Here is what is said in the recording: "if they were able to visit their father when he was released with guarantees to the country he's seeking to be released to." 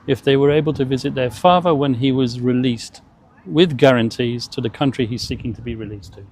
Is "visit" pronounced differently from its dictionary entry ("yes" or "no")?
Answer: no